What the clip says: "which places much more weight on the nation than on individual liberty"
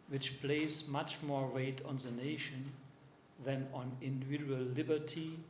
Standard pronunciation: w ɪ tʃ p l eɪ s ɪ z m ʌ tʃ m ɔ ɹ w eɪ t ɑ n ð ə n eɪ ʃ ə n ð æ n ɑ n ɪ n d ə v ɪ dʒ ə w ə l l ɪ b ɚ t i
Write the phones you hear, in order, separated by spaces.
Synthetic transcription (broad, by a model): w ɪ tʃ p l eɪ ɪ s m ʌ tʃ m ɔ ɹ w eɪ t ɑ n ð ə n eɪ ʃ ə n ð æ n ɑ n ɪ n d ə v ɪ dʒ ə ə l l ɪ b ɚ t i